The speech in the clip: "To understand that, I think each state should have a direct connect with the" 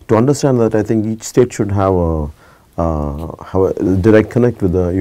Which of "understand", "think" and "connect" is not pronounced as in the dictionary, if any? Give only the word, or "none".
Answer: think